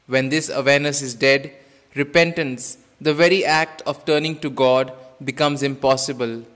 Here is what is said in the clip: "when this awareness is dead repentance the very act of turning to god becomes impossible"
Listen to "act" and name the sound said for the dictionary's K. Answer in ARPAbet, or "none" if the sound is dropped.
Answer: K